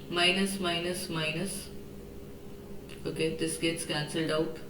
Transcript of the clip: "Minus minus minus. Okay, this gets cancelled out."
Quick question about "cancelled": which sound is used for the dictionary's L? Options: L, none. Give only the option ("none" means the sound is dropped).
L